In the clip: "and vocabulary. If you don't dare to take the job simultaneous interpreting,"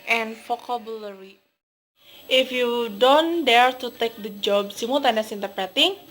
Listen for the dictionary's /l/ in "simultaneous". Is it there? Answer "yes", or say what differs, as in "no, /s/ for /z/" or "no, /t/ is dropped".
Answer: no, /l/ is dropped